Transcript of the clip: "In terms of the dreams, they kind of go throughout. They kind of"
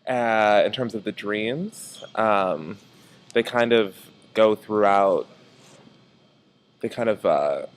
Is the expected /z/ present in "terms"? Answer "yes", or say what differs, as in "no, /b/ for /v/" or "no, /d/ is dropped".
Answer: yes